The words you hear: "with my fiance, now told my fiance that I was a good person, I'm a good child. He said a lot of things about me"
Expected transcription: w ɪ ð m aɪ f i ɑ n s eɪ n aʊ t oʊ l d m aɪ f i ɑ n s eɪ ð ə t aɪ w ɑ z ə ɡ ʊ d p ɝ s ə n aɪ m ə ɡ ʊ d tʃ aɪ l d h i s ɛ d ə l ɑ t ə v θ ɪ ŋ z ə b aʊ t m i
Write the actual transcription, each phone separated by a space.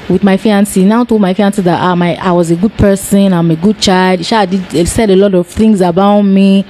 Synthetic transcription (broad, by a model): w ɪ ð m aɪ f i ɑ n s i n aʊ t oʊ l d m aɪ f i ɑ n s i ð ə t aɪ w ɑ z ə ɡ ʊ d p ɝ s ə n aɪ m ə ɡ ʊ d tʃ aɪ l d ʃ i s ɛ d ə l ɑ t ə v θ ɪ ŋ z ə b aʊ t m i